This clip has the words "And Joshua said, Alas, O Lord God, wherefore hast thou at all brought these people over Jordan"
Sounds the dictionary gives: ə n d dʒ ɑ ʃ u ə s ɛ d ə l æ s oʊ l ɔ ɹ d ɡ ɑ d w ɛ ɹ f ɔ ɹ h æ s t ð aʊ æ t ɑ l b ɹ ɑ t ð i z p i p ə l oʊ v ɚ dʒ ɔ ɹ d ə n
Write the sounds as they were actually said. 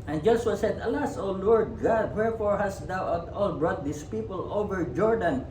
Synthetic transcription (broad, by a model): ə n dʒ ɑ s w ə s ɛ d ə l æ s oʊ l ɔ ɹ d ɡ ɑ d w ɛ ɹ f ɔ ɹ h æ s t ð aʊ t ɑ l b ɹ ɑ t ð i s p i p ə l oʊ v ɚ dʒ ɔ ɹ d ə n